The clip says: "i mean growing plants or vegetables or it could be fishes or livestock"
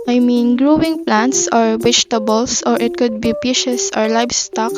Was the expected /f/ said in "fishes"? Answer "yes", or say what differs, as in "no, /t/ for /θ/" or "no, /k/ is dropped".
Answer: no, /p/ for /f/